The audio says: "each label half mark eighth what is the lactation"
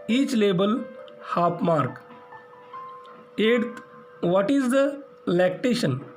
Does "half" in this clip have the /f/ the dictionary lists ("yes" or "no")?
no